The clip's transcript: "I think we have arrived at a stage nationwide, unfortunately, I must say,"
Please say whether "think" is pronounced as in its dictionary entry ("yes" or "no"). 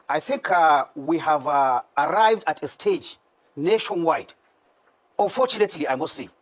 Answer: yes